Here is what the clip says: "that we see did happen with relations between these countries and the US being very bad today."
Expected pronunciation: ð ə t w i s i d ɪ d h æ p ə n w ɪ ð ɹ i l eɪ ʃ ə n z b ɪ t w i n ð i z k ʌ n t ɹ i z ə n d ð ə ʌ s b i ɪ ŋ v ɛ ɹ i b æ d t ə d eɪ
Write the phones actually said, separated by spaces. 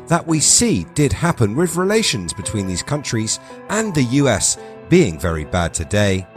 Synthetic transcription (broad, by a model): ð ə t w i s i d ɪ d h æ p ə n w ɪ ð ɹ i l eɪ ʃ ə n z b ɪ t w i n ð i z k ʌ n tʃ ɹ i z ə n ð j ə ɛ s b i ɪ ŋ v ɛ ɹ i b æ d t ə d eɪ